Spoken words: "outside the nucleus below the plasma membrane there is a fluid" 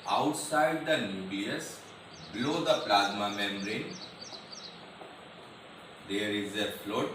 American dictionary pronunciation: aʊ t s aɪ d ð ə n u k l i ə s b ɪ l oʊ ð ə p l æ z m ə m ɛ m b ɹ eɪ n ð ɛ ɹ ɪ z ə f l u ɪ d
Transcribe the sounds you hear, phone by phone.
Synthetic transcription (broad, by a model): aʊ t s aɪ d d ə n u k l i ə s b l oʊ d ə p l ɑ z m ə m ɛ m ɹ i n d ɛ ɹ ɪ z ə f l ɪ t